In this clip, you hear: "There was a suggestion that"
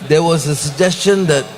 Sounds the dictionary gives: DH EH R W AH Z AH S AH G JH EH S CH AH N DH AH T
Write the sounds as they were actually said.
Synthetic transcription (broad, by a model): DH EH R W AH Z AH S AH G JH EH S CH AH N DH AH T